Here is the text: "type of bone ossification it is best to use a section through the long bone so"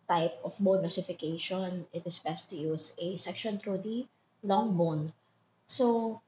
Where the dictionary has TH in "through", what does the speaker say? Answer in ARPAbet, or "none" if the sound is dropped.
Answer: T